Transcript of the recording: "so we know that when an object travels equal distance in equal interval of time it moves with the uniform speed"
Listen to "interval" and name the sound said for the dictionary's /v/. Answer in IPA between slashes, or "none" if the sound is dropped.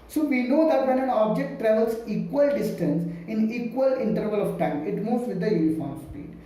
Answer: /v/